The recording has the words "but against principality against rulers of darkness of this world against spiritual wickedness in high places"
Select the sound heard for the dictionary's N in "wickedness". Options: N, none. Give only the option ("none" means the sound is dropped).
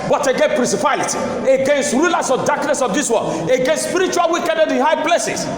none